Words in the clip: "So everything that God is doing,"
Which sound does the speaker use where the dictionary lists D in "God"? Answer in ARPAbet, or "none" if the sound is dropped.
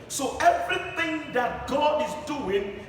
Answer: D